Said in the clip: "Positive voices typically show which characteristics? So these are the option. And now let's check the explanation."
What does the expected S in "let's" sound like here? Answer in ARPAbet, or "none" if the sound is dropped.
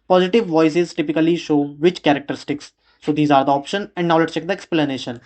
none